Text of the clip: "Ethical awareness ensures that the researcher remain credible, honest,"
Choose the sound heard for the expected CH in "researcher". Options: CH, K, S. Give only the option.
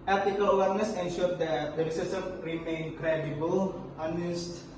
S